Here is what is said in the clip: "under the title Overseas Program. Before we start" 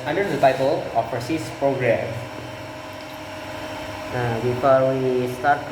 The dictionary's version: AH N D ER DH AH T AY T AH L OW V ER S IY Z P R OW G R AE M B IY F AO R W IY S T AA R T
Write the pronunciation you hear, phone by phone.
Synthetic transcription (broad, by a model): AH N D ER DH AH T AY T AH L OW F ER S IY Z P R OW G R AE M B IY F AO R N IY S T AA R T